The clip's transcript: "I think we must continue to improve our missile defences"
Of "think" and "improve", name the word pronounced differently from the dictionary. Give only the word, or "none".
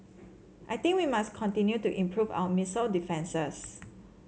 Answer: think